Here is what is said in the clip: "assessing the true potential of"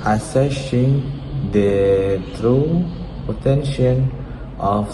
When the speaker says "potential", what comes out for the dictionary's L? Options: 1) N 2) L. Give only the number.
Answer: 1